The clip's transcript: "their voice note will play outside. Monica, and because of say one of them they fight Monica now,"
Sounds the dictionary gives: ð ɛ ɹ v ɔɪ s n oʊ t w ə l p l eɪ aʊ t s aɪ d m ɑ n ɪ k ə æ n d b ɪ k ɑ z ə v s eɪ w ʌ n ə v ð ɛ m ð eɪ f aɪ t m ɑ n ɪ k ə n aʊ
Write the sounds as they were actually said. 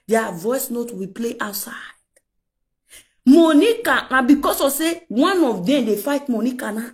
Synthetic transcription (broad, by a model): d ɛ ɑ v ɔɪ s n oʊ t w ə p l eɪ aʊ t s aɪ d m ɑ n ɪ k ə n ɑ b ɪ k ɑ s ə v s eɪ w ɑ n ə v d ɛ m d eɪ f aɪ t m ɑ n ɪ k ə n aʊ